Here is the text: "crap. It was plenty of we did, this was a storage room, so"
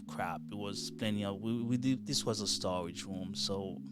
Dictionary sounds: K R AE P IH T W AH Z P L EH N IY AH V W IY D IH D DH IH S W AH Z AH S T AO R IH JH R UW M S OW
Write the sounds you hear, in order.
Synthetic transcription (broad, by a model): K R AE P IH T W AH Z P L EH N IY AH W W IY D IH DH IH S W AH Z AH S T AO R IH JH R UW M S OW